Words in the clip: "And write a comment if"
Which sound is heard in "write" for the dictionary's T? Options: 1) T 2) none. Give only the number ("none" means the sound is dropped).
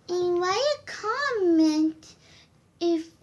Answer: 2